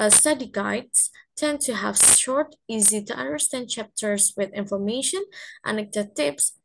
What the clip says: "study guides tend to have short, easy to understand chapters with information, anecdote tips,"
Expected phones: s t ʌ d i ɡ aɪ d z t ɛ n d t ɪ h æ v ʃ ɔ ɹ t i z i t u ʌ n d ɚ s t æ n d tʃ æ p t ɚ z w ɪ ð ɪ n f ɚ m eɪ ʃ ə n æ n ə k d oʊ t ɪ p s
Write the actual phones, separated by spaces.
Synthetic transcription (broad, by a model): s t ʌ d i ɡ aɪ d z t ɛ n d t ɪ h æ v ʃ ɔ ɹ t i z i t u ʌ n d ɚ s t æ n d tʃ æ p t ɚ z w ɪ ð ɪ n f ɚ m eɪ ʃ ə n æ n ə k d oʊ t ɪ p s